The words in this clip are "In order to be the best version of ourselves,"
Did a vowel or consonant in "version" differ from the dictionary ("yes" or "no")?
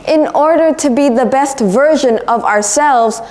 no